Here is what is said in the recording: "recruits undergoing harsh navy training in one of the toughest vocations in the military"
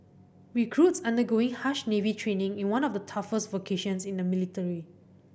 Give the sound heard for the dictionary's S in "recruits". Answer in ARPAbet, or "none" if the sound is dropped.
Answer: S